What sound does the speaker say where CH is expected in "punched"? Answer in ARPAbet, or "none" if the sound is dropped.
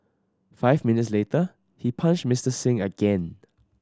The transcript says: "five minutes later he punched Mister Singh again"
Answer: SH